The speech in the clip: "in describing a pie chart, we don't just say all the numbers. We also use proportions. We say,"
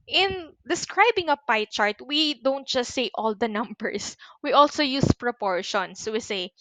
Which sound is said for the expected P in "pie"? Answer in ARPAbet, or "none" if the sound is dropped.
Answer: P